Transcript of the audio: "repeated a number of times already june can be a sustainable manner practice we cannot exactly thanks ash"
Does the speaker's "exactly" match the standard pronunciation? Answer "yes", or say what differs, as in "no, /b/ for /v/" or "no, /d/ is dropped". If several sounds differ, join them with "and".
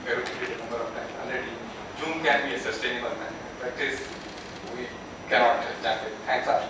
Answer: no, /k/ is dropped and /l/ is dropped